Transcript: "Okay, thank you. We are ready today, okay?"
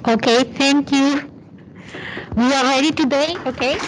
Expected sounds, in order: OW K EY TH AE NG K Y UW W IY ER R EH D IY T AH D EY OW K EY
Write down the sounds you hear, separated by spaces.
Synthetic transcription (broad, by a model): OW K EY T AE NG K Y UW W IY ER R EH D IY T AH D EY OW K EY